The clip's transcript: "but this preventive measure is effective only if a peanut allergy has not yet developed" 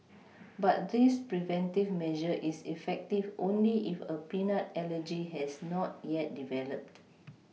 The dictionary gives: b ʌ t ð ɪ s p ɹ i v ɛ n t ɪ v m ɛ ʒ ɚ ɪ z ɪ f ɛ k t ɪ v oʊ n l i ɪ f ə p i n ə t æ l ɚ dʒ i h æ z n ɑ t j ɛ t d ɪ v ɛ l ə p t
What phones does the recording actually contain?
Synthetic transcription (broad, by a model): b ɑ t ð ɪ s p ɹ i v ɛ n t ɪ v m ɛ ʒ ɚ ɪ s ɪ f ɛ k t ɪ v oʊ n l i ɪ f ə p i n ə t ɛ l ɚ dʒ i h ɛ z n ɑ t j ɛ t d ɪ v ɛ l ə p t